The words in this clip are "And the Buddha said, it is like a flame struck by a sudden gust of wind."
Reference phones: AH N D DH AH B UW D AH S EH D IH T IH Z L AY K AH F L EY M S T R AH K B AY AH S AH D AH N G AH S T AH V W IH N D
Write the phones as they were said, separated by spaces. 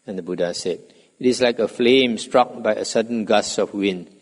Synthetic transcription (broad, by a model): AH N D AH B UW D AH S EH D IH T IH S L AY K AH F L EY M S T R AH K B AY AH S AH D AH N G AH S AH F W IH N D